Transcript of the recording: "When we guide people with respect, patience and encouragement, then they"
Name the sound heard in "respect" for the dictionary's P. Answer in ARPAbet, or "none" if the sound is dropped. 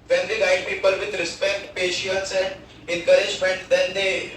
P